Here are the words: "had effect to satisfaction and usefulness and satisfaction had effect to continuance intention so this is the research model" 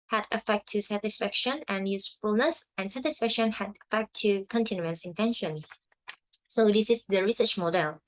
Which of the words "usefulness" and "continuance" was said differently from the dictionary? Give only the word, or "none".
none